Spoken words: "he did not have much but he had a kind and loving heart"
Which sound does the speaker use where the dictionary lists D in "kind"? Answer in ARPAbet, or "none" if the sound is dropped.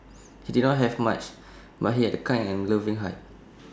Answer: none